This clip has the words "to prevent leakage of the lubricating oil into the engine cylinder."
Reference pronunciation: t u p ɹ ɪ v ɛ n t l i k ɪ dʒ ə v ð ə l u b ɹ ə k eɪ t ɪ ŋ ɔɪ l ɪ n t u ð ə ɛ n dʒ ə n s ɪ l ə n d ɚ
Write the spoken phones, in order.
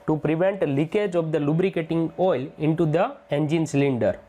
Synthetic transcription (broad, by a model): t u p ɹ ɪ v ɛ n t l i k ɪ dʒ ə v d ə l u b ɹ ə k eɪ t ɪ ŋ ɔɪ l ɪ n t u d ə ɛ n dʒ ə n s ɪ l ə n d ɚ